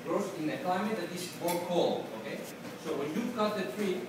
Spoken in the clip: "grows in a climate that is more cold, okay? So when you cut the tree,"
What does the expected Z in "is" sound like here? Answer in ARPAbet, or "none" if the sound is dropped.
S